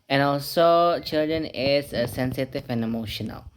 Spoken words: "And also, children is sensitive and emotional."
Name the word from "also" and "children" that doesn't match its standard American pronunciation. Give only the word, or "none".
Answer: none